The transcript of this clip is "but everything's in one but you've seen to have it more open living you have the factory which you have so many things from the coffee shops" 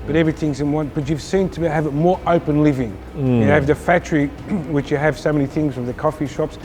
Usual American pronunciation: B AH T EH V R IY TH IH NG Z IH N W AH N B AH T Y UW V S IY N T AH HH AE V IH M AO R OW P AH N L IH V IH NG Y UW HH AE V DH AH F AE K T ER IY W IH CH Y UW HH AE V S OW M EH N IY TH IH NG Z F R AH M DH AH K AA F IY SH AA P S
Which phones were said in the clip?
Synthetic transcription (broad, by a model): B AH T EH V R IY TH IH NG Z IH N W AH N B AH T Y UW V S IY N T AH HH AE V IH M AO R OW P AH N L IH V IH NG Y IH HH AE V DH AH F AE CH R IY W IH CH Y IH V S OW M EH N IY TH IH NG Z F R AH M DH AH K AA F IY SH AA P S